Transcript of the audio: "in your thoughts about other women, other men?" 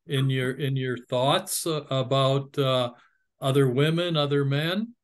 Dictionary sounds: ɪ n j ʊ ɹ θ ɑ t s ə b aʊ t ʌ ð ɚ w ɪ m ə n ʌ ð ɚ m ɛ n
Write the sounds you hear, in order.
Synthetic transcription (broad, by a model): ɪ n j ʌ ɹ θ ɑ t s ə b aʊ t ʌ ð ɚ w ɪ m ə n ʌ ð ɚ m ɛ n